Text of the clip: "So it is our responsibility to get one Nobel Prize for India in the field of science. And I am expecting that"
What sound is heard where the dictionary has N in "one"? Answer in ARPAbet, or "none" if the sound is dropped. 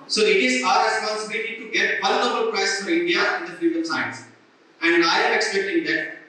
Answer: L